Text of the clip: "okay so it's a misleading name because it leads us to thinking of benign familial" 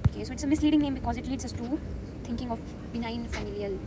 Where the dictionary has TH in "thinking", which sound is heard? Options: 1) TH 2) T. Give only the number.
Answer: 2